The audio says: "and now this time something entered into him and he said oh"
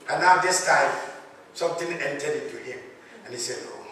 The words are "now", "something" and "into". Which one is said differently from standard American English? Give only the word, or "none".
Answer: something